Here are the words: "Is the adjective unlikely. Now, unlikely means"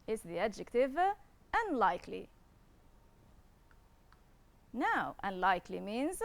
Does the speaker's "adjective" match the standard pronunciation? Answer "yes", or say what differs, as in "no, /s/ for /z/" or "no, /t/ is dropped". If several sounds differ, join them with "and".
yes